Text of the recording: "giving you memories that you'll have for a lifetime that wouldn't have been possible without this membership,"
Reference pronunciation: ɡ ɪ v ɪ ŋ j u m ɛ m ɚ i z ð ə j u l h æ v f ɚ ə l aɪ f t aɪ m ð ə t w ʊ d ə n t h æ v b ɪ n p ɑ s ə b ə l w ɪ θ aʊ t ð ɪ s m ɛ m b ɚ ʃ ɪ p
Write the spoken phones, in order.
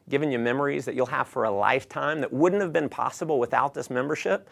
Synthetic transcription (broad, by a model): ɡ ɪ v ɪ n j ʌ m ɛ m ɚ i z ð ə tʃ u l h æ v f ɚ ə l aɪ f t aɪ m ð ə t w ʊ d n t h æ v b ɪ n p ɑ s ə b l w ɪ θ aʊ t ð ɪ s m ɛ m b ɚ ʃ ɪ p